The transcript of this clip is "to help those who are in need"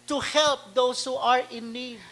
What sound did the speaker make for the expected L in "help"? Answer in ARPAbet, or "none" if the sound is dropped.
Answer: L